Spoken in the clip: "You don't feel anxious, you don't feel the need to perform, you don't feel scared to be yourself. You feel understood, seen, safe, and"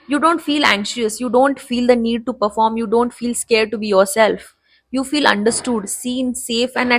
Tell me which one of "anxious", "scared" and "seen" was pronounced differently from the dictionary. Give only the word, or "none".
none